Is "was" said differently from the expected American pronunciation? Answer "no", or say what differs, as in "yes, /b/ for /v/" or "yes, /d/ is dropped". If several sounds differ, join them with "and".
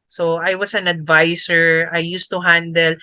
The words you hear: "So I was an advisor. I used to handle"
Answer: yes, /s/ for /z/